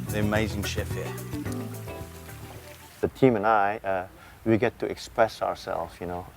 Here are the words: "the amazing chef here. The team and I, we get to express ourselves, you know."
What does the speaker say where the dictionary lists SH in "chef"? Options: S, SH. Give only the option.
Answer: SH